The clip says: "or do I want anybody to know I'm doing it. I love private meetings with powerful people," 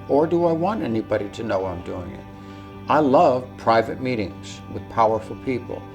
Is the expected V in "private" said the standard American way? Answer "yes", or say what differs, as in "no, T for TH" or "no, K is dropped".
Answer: yes